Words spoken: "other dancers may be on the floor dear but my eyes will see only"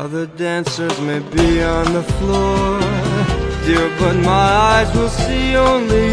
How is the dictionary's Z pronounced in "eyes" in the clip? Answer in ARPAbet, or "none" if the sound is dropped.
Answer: Z